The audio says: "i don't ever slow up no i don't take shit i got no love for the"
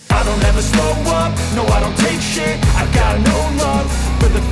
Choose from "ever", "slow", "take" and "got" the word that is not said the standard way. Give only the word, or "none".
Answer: slow